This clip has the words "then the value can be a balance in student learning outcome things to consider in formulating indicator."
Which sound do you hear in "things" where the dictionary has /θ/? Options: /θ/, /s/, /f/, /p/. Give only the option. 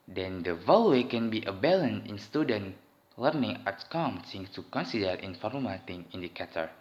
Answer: /s/